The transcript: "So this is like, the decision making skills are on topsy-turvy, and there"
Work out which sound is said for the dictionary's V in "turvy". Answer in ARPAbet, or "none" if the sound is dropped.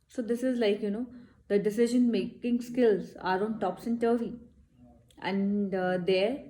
none